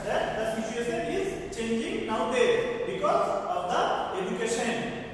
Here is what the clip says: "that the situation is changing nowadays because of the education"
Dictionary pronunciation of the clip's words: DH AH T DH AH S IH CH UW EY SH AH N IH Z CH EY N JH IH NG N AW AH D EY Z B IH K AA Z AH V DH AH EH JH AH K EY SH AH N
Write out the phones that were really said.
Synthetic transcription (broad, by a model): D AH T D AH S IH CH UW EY S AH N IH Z CH EY N JH IH NG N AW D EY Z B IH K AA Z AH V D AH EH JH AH K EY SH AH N